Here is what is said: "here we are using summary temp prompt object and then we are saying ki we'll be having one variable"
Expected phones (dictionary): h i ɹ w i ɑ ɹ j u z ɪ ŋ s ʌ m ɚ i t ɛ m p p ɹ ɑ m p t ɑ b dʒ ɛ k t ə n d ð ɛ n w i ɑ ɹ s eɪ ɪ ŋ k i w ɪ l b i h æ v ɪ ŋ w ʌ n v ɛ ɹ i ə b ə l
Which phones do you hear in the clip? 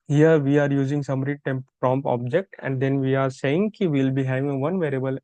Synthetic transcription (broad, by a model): h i ɹ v i ɑ ɹ j u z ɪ ŋ s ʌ m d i t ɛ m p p ɹ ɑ m p ɑ b dʒ ɛ k t ə n d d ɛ n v i ɑ ɹ s eɪ ɪ ŋ k i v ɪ l b i h æ v ɪ ŋ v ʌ n v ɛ ɹ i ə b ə l